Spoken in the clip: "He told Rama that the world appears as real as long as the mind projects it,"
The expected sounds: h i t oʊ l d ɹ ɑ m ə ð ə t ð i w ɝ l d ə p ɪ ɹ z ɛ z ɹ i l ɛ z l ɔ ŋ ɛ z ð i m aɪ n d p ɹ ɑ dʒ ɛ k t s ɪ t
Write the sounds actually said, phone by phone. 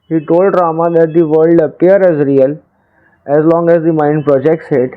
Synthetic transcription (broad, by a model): h i t oʊ l d ɹ ɑ m ə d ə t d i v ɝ l d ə p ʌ ɹ ɛ z ɹ i l ɛ z l ɔ ŋ ɛ z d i m aɪ n d p ɹ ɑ dʒ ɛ k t s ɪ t